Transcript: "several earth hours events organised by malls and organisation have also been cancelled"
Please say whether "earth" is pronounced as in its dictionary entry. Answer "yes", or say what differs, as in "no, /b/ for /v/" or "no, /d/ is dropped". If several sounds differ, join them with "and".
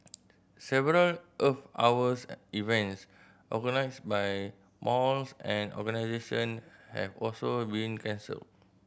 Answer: no, /f/ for /θ/